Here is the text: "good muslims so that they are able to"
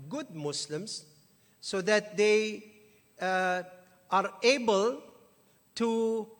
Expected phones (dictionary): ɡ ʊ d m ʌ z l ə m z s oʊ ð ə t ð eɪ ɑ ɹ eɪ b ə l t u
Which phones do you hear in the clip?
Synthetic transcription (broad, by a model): ɡ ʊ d m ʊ s l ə m s oʊ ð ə t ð eɪ ɑ ɹ eɪ b ə l t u